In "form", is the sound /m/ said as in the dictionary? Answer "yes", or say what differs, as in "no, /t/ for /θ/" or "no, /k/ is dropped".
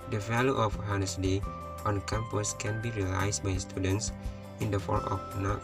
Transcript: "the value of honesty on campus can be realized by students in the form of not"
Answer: no, /m/ is dropped